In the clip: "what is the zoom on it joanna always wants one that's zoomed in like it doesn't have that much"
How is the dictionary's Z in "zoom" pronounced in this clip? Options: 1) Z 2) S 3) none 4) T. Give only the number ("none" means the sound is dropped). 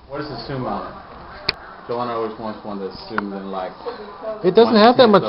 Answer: 2